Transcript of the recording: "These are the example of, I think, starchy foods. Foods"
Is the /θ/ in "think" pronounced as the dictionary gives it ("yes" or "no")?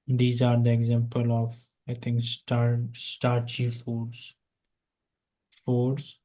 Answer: no